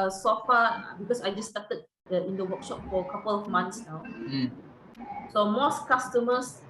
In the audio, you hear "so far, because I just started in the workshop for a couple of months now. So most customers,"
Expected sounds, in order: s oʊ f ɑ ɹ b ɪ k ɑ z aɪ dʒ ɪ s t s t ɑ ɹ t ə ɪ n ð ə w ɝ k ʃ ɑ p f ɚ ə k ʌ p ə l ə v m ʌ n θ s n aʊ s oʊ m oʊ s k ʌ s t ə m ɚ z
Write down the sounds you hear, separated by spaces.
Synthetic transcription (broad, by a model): s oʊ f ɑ b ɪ k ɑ s aɪ dʒ ɪ s t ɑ t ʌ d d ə ɪ n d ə w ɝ k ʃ ɑ p f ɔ ə k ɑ p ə l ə f m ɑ n t s n aʊ s oʊ m oʊ s k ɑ s t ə m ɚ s